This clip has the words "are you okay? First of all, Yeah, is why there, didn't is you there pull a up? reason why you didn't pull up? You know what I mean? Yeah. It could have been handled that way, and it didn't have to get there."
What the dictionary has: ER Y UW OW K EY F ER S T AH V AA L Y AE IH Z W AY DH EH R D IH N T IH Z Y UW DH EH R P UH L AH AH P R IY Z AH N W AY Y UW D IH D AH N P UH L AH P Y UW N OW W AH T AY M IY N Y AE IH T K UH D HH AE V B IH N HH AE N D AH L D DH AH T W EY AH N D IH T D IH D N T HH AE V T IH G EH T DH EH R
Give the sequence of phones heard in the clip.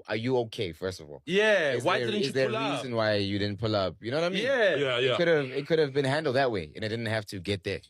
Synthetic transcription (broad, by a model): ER Y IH OW K EY F ER S T AH V AA L Y AE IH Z W AY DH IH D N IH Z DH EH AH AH R IY Z AH N W AY Y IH D IH D N P UH L AH P Y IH N OW W AH T AY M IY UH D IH IH T K UH D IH V B IH N HH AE N D L D DH AH T W EY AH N IH T D IH D N T HH AE F T IH G EH T DH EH R